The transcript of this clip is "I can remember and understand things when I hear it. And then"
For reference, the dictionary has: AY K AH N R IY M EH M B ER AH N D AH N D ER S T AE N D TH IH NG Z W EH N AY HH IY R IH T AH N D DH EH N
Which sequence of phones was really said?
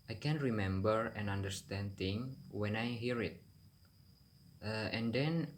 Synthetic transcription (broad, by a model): AY K AH N R IY M EH M B ER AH N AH N D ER S T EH N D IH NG W EH N AY HH IY R IH T AH N D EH N